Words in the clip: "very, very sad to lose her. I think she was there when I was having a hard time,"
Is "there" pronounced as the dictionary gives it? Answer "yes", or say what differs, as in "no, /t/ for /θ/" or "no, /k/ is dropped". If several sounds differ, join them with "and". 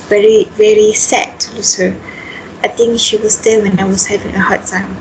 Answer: no, /l/ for /ɹ/